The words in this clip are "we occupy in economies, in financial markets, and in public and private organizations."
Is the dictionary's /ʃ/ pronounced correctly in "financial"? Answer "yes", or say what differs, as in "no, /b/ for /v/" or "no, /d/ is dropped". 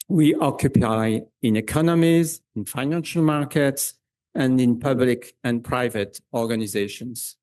yes